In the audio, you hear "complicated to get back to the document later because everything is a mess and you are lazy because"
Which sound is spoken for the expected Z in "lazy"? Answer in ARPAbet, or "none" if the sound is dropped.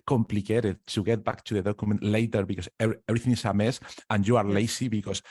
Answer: S